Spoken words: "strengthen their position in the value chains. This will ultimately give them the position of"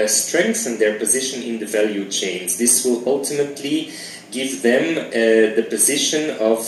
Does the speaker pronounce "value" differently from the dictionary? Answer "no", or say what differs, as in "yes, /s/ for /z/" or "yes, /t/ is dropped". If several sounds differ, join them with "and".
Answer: no